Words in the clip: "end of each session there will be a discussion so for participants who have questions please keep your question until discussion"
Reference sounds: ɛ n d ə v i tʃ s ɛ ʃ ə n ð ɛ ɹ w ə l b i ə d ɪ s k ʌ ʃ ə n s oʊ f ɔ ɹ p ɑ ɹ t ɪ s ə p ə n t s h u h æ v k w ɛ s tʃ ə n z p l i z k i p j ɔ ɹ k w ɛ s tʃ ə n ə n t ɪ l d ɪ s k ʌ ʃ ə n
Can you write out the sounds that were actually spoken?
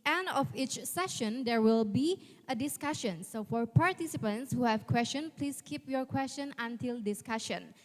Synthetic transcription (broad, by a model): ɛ n d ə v i tʃ s ɛ ʃ ə n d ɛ ɹ w ə l b i ə d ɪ s k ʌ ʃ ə n s oʊ f ɔ ɹ p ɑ ɹ t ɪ s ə p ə n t s h u h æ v k w ɛ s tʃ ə n p l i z k i p j ɔ ɹ k w ɛ s tʃ ə n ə n t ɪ l d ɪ s k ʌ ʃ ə n